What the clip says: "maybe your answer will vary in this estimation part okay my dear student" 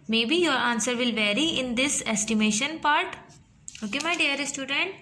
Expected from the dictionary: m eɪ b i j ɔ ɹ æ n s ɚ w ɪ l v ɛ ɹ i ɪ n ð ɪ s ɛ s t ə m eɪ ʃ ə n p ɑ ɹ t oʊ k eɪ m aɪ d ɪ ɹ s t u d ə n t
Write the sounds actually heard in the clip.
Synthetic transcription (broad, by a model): m eɪ b i j ɔ ɹ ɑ n s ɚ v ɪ l v ɛ ɹ i ɪ n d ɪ s ɛ s t ə m eɪ ʃ ə n p ɑ ɹ t oʊ k eɪ m aɪ d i ɹ s t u d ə n t